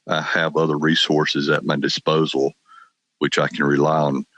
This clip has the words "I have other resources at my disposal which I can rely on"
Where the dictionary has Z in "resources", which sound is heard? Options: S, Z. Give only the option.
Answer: Z